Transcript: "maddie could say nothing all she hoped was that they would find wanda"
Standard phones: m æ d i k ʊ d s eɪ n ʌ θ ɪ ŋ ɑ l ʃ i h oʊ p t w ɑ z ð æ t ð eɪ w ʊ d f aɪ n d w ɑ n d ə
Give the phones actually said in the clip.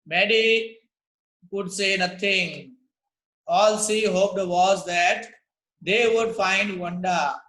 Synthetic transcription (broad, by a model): m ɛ d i k ʊ d s eɪ n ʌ t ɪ ŋ ɑ l s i h oʊ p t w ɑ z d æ t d eɪ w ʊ d f aɪ n d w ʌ n d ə